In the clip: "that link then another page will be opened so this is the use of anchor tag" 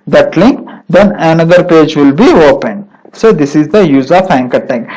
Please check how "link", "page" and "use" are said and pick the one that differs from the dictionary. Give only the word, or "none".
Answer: none